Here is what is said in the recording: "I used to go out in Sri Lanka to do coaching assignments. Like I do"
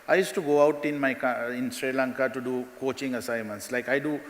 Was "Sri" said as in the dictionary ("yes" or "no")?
yes